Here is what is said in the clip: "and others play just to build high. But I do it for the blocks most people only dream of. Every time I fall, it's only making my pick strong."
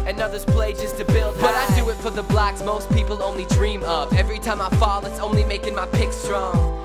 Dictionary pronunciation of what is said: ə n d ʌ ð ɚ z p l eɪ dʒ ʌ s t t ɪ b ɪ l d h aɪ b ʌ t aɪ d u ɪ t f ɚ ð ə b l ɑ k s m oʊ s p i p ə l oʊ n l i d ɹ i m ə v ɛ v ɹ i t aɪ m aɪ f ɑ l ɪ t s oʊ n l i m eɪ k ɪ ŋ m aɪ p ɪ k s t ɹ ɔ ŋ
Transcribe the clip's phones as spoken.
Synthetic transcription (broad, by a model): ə n ʌ ð ɚ z p l eɪ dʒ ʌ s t t ɪ b ɪ l d b ʌ t aɪ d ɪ ɪ t f ɚ ð ə b l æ k s m oʊ s p i p l oʊ n l i d ɹ i m ə p ɛ v ɹ i t aɪ m aɪ f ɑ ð ɪ t s oʊ n l i m eɪ k ɪ ŋ m aɪ p ɪ k s t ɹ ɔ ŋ